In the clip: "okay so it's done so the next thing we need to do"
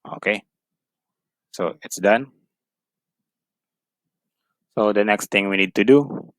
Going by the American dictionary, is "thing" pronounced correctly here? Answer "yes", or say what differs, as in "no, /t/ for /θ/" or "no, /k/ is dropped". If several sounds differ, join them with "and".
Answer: no, /t/ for /θ/